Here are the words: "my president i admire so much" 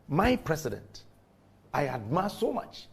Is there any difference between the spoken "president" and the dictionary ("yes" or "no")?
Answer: yes